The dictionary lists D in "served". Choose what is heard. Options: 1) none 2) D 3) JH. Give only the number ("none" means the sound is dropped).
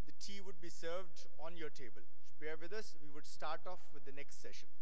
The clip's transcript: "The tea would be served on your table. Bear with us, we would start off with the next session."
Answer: 2